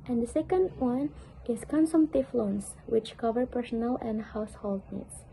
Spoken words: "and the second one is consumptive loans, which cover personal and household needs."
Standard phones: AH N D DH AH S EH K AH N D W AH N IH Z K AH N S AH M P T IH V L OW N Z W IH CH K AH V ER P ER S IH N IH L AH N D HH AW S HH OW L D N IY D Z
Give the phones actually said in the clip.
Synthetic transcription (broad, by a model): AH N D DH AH S EH K AH N D W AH N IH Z K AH N S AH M T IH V L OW N S W IH CH K AH V ER P ER S IH N IH L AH N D HH AW S HH OW L D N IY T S